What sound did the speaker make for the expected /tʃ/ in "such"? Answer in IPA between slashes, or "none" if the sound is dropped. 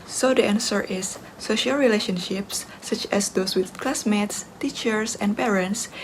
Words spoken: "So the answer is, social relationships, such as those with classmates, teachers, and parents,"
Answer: /tʃ/